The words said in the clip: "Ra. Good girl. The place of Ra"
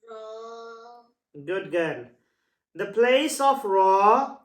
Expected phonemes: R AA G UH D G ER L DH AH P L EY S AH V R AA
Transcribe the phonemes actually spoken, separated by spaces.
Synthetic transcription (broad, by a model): G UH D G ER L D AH P L EY S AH F R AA